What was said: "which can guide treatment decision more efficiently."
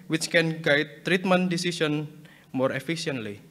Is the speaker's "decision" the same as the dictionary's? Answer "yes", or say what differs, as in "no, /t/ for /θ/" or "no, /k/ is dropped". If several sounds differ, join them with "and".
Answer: no, /s/ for /ʒ/